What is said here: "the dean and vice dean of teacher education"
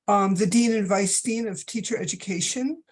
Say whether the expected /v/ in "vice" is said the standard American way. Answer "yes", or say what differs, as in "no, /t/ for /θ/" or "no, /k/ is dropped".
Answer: yes